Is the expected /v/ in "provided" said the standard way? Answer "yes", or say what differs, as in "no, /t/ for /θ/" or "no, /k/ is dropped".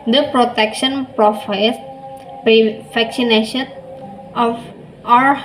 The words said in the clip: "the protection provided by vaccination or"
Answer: no, /f/ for /v/